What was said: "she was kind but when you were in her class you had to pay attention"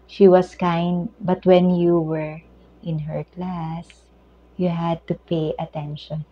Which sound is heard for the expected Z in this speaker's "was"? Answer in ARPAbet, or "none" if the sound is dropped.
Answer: S